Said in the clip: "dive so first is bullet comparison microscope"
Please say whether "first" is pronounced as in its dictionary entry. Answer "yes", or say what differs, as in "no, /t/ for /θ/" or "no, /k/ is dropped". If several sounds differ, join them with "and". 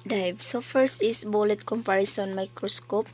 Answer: no, /t/ is dropped